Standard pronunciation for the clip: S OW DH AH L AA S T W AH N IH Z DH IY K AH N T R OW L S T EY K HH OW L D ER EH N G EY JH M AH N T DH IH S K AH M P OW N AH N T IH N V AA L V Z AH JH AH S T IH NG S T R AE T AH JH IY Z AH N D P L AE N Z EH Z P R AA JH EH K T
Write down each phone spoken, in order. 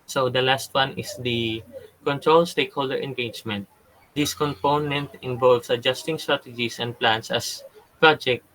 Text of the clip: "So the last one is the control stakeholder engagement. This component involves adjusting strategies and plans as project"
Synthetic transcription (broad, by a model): S OW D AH L AA S T W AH N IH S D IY K AH N T R OW L S T EY K HH OW L D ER EH N G EY JH M AH N T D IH S K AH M P OW N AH N T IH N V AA L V S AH JH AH S T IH NG S T R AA T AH JH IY S AH N D P L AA N S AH S P R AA JH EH K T